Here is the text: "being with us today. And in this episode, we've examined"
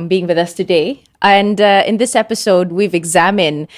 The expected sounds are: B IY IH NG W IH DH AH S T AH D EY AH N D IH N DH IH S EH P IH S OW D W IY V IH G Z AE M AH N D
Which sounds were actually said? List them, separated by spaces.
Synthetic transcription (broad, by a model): B IY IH NG W IH DH AH S T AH D EY AH N D IH N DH IH S EH P IH S OW D W IY V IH G Z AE M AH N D